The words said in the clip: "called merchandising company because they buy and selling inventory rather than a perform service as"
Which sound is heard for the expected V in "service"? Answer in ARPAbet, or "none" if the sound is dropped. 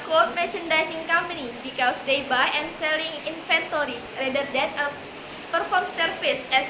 F